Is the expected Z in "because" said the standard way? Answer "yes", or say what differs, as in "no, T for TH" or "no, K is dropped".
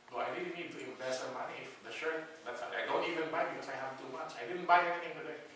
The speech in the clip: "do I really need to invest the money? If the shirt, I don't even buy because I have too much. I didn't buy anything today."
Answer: no, S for Z